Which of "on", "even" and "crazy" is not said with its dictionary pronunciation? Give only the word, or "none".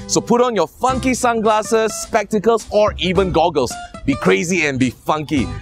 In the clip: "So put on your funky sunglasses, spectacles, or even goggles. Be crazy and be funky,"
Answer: none